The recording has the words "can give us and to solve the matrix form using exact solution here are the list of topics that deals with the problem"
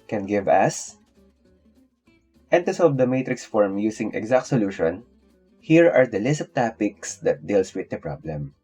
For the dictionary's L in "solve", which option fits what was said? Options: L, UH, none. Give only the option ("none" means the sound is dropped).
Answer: none